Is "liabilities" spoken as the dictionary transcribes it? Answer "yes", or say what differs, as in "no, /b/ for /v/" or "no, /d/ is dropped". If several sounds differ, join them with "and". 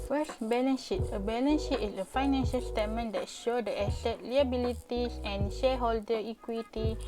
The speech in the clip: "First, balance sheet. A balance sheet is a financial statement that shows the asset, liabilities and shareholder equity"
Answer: no, /s/ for /z/